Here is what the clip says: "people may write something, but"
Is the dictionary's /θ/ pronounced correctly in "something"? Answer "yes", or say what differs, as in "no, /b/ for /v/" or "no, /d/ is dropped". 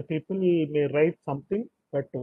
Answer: no, /t/ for /θ/